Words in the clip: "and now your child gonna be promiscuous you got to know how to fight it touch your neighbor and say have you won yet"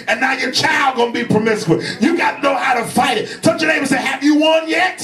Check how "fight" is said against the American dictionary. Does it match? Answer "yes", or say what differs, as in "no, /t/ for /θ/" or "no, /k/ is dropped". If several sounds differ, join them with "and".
yes